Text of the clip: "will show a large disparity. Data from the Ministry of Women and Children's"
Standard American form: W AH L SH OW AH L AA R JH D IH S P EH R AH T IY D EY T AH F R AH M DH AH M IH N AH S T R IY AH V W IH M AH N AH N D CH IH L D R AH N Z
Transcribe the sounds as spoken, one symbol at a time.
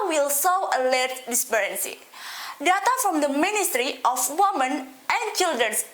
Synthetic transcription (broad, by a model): W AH L S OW AH L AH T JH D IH S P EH R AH S IY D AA T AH F R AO M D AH M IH N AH S T R IY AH F W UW M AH N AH N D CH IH L D R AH N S